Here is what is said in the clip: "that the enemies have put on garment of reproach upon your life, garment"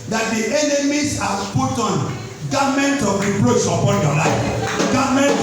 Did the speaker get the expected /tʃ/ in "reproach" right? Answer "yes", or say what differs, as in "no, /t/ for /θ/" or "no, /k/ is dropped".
no, /s/ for /tʃ/